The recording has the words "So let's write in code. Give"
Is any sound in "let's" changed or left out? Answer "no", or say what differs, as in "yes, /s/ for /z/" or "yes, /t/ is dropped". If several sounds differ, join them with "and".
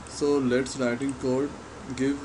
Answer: no